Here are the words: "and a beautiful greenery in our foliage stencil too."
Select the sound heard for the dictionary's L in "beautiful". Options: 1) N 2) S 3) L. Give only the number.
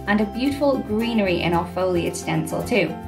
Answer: 3